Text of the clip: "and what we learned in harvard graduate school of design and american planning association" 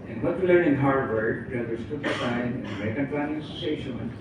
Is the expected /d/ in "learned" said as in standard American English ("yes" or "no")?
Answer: no